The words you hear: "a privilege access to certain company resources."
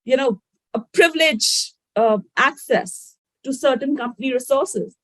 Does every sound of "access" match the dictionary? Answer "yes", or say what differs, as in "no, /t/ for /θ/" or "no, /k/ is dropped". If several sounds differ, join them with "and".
yes